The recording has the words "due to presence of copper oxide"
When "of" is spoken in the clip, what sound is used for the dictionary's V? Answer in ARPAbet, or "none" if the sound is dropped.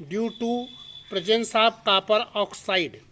B